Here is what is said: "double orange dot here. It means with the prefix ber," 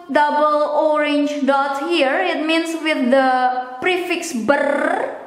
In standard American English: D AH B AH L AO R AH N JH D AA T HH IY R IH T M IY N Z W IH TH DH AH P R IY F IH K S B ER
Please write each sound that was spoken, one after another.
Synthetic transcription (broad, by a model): D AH B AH L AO R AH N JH D AA T HH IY R IH T M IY N S W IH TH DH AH P R IY F IH K S B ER